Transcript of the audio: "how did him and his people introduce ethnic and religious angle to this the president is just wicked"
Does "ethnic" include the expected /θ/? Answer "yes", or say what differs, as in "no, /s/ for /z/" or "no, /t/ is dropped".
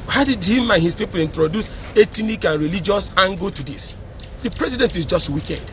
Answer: no, /t/ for /θ/